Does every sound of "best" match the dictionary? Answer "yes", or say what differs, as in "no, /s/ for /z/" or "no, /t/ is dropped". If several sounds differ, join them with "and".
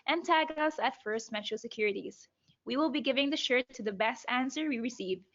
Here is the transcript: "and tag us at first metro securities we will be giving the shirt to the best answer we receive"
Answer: yes